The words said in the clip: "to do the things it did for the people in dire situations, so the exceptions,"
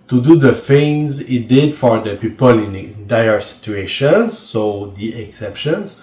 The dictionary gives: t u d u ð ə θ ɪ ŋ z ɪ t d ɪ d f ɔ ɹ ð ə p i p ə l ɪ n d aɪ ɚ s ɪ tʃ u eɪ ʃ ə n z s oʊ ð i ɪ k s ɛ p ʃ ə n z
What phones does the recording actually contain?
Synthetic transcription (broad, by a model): t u d u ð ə f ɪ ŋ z ɪ t d ɪ d f ɔ ɹ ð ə p i p ə l ɪ n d aɪ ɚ s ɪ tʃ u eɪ ʃ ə n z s oʊ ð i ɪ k s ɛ p ʃ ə n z